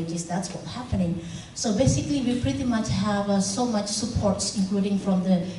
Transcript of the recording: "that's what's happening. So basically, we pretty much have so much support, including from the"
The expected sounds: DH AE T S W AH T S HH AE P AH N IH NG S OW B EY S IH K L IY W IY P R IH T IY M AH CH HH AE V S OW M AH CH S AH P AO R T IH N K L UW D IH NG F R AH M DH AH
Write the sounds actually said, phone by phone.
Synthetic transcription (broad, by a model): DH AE T S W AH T HH AE P AH N IH NG S OW B EY S IH K L IY W IY P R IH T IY M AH CH HH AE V S OW M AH CH S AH P AO R T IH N K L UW D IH NG F R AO M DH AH